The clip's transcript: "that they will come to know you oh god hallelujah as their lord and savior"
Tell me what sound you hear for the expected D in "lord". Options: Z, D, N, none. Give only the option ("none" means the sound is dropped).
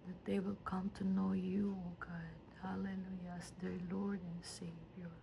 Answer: D